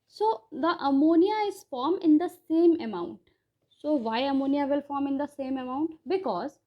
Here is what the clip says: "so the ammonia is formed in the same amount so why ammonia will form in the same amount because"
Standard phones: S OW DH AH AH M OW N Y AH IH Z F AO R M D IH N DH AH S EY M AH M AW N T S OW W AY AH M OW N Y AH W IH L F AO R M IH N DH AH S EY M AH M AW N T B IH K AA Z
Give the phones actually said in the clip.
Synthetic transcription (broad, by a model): S OW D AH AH M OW N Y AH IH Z F AO R M IH N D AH S EY M AH M AW N T S OW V AY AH M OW N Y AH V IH L F AO R M IH N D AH S EY M AH M AW N T B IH K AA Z